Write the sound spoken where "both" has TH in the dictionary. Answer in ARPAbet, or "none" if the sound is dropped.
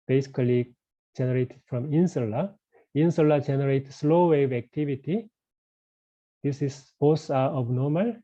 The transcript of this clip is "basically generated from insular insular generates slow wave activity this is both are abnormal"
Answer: S